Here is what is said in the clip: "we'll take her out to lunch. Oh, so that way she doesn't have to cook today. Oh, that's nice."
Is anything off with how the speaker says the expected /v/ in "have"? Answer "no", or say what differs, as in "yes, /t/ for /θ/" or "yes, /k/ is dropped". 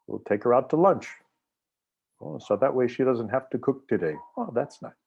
yes, /f/ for /v/